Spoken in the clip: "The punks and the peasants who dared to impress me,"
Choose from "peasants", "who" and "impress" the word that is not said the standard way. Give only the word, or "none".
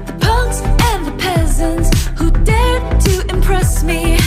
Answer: none